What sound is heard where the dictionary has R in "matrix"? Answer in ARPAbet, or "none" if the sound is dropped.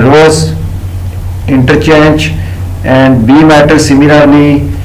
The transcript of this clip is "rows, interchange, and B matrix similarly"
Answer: none